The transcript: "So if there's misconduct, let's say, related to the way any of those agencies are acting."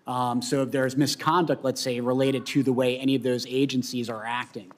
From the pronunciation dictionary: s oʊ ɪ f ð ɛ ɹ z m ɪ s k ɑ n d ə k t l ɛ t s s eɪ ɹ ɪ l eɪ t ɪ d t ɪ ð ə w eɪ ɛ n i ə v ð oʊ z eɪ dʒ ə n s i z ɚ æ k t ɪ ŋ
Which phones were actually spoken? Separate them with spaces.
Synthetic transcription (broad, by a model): s oʊ ɪ f ð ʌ ɹ z m ɪ s k ɑ n d ə k t l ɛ t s s eɪ ɹ ɪ l eɪ t ɪ d t ɪ ð ə w eɪ ɛ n i ə v ð oʊ z eɪ dʒ ə n s i z ɚ æ k t ɪ ŋ